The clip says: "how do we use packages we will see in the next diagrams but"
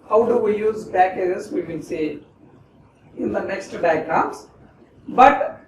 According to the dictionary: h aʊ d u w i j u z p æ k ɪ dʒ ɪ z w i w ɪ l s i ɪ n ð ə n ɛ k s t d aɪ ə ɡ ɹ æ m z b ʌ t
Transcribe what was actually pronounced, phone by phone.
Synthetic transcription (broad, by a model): h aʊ d u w i j u z b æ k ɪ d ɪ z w i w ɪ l s i ɪ n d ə n ɛ k s t d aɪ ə ɡ ɹ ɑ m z b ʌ t